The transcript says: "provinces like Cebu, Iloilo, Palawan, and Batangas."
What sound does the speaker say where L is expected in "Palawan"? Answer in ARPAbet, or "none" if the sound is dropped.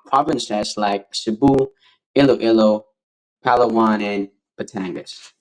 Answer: L